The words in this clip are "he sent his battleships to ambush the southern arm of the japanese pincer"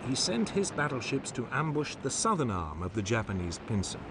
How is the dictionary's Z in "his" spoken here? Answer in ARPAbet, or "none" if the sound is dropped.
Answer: Z